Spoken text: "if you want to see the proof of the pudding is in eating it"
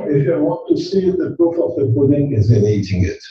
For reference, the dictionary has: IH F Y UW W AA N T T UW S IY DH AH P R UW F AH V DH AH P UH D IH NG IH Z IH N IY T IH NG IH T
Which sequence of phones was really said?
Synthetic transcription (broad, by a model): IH F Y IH W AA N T T UW S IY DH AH P R UW F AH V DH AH B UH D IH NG IH Z IH N IY T IH NG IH T